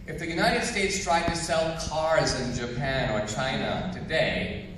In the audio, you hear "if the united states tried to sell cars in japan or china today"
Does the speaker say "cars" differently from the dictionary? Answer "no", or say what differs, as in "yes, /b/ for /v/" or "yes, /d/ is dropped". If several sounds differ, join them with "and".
no